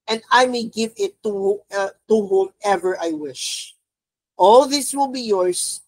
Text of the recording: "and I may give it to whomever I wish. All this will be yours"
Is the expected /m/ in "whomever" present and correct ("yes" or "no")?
yes